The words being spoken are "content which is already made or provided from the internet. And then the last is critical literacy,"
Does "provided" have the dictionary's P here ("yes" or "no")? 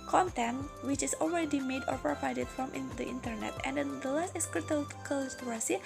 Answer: yes